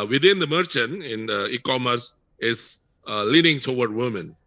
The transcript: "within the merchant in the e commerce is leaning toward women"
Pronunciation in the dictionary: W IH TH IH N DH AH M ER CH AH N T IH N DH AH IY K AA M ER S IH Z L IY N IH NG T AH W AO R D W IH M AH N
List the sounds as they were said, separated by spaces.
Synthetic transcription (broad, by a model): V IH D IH N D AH M ER CH AH N T IH N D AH IY K AA M ER S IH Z L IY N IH NG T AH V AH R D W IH M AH N